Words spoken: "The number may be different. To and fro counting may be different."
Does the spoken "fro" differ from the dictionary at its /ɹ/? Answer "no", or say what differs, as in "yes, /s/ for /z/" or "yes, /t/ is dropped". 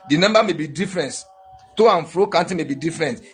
no